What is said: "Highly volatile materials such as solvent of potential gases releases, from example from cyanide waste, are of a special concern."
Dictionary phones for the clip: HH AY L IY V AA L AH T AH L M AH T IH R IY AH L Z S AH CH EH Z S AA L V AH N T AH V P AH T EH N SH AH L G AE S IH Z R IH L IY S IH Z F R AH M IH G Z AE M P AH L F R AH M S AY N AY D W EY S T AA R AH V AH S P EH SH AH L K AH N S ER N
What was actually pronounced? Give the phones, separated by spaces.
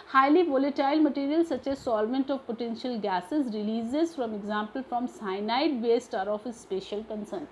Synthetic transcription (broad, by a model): HH AY L IY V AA L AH T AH L M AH T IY R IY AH L S AH CH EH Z S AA L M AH N T AH V P AH T EH N SH AH L G AE S IH Z R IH L IY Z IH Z F R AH M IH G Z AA M P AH L F R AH M S AY N AY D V EY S T AA R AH F AH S P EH SH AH L K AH N S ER N